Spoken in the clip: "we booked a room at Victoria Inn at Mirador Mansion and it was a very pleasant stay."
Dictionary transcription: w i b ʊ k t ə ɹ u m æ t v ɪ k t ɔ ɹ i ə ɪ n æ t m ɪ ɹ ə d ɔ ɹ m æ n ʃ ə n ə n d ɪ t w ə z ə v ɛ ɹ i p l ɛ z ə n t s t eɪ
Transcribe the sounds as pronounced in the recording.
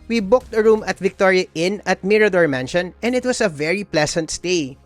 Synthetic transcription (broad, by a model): w i b ʊ k t ə ɹ u m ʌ t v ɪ k t ɔ ɹ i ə ɪ n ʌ t m ɪ ɹ ə d ɔ ɹ m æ n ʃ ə n ə n d ɪ t w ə s ə v ɛ ɹ i p l ɛ s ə n t s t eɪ